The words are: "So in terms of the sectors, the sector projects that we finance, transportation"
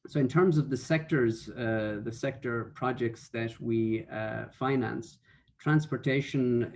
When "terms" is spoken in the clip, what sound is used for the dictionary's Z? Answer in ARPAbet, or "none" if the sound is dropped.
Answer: Z